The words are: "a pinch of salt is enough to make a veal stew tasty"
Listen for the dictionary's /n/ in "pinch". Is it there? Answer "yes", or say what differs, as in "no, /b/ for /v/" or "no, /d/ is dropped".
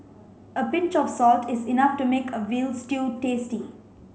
yes